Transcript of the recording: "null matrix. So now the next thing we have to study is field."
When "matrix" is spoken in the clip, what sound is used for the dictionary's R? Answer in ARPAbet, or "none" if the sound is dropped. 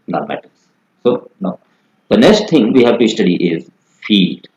none